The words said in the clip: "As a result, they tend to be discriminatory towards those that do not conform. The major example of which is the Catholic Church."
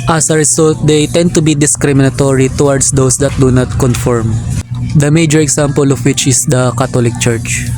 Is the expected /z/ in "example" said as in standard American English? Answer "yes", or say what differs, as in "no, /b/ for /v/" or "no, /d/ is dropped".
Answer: no, /s/ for /z/